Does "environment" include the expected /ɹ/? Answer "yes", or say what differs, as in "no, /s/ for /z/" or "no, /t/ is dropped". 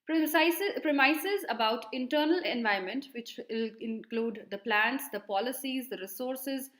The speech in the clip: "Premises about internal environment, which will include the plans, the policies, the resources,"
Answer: no, /ɹ/ is dropped